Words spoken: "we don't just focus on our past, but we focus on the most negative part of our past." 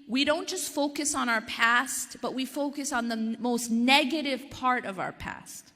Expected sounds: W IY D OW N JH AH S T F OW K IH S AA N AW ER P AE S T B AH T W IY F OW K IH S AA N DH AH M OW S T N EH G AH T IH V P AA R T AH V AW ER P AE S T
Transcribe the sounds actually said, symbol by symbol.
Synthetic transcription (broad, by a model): W IY D OW N JH AH S T F OW K IH S N AW ER P AE S T B AH T W IY F OW K IH S N DH AH M OW S T N EH G AH T IH V P AA R T AH V AW ER P AE S T